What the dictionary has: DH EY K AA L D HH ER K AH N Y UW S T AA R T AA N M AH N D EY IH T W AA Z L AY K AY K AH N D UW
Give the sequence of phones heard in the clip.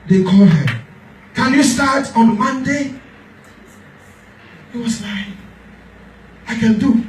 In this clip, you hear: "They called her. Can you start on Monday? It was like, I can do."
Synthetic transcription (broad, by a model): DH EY K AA L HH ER K AH N Y UW S T AA T AA N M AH N D EY IH T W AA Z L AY AY K AH N D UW